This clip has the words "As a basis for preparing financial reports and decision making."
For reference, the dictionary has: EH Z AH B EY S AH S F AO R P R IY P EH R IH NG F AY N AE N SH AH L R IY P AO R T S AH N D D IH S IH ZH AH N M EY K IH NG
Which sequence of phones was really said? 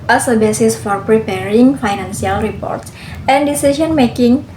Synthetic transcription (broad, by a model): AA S AH B EY S AH S F AO R P R IY P EH R IH NG F AY N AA N S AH L R IY P AO R T S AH N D D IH S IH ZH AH N M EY K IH NG